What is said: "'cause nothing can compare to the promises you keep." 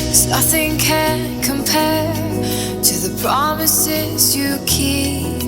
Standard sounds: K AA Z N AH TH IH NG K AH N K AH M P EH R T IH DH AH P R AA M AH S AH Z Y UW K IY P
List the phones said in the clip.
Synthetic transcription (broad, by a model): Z N AH TH IH NG K AH N K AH M P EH T IH DH AH P R AA M AH S AH Z Y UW K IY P